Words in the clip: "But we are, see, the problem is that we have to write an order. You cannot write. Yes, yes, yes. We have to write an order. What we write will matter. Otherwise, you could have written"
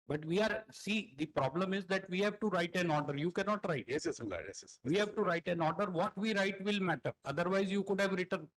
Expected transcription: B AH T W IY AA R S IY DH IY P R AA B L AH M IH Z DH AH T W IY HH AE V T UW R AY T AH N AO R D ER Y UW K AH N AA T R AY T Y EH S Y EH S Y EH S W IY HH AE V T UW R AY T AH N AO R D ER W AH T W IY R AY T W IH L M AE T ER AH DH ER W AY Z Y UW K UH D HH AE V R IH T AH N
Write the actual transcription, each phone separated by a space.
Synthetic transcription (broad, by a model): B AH T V IY AA R S IY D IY P R AA B L AH M IH Z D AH T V IY HH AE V T UW R AY T AH N AO R D ER Y UW K AH N AA T R AY T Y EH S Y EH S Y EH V IY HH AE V T UW R AY T AH N AO R D ER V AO T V IY R AY T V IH L M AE T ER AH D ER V AY Z Y UW K UH D HH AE V R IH T AH N